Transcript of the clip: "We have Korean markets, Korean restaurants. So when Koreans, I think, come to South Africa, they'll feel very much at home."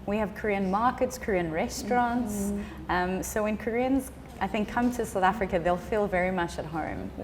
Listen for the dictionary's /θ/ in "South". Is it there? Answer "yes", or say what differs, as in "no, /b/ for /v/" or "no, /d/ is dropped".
yes